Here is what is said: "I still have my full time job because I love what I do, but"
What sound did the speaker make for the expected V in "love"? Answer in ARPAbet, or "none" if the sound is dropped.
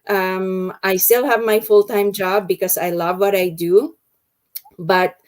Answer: V